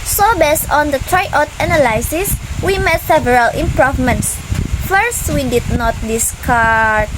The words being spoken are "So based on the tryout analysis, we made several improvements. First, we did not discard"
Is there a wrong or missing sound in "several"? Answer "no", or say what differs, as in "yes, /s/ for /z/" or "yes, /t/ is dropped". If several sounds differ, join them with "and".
no